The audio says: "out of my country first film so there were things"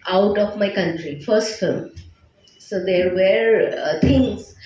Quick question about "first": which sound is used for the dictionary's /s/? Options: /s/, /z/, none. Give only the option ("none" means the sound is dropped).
/s/